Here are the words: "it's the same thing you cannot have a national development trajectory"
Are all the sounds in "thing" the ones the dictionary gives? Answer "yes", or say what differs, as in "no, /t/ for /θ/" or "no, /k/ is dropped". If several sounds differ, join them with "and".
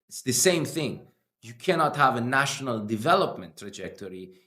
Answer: yes